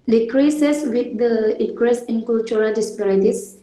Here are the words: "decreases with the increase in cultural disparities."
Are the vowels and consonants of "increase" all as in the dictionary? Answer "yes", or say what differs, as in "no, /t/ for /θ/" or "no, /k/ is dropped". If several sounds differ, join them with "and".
no, /n/ is dropped